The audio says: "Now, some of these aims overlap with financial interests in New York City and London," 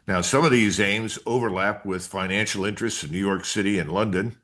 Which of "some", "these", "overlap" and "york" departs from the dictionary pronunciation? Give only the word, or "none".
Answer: none